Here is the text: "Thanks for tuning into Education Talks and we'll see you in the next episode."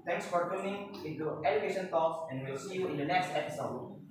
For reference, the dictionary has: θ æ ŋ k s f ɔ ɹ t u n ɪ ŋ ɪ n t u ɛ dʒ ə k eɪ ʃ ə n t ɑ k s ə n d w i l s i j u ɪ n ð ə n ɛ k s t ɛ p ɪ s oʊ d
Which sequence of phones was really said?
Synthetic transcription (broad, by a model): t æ ŋ k s f ɔ ɹ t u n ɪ ŋ ɪ n t u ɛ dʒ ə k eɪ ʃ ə n t ɑ k s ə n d w i l s i j u ɪ n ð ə n ɛ k s t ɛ p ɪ s oʊ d